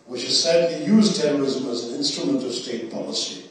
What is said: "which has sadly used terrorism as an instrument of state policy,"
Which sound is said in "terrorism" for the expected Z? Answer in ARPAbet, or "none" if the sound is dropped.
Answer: Z